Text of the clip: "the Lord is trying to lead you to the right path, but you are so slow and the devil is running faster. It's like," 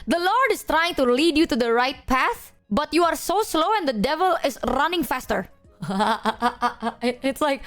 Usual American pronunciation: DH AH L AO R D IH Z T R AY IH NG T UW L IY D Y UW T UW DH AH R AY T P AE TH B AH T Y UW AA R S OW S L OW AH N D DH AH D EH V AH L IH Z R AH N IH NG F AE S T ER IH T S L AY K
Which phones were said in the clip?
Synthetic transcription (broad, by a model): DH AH L AO R D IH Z T R AY IH NG T UW L IY D Y UW T UW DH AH R AY T P AE TH B AH T Y UW AA R S OW S L OW AH N D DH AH D EH V AH L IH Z R AH N IH NG F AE S T ER IH T S L AY K